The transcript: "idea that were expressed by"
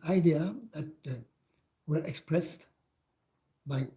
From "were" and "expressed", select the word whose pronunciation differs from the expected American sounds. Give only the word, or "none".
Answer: none